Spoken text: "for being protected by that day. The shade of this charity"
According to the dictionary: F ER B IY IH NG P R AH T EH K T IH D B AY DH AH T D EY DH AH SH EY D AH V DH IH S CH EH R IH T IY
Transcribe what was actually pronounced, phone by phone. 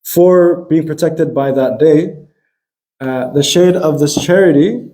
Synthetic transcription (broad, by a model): F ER B IY IH NG P R AH T EH K T IH D B AY DH AH T D EY DH AH SH EY D AH V DH IH S CH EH R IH T IY